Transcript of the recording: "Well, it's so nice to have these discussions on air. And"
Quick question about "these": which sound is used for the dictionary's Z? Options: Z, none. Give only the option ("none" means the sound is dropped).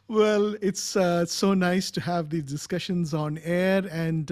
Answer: none